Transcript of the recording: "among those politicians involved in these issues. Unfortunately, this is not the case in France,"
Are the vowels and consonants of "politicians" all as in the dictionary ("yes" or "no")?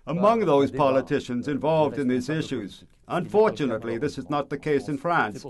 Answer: yes